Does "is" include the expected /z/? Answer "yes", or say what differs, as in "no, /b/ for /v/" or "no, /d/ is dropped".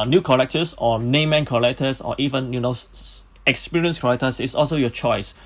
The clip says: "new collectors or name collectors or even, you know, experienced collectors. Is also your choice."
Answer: no, /s/ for /z/